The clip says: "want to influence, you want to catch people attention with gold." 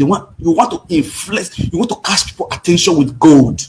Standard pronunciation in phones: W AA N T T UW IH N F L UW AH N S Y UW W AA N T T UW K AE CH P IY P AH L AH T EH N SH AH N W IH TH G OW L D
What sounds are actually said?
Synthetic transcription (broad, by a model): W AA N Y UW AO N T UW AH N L Y UW W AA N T T UW K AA S P IY P AH L AH T EH N SH AH N W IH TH G OW L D